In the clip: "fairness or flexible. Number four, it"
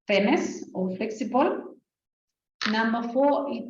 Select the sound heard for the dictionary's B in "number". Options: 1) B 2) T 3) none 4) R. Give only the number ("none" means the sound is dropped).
3